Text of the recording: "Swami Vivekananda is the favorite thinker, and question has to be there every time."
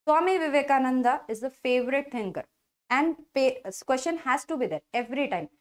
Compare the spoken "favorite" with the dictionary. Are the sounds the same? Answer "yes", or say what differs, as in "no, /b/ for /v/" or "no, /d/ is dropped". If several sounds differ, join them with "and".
yes